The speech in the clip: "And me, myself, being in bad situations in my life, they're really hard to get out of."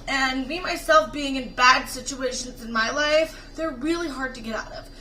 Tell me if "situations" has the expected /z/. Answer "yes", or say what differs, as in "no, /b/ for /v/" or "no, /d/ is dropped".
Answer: yes